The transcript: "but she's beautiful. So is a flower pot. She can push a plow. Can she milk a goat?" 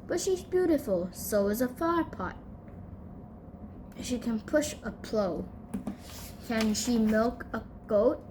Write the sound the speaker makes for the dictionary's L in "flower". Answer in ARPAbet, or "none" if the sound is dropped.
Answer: none